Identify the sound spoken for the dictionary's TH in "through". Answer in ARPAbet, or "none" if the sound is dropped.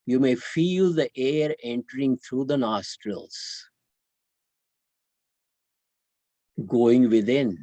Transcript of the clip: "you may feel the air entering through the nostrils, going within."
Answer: T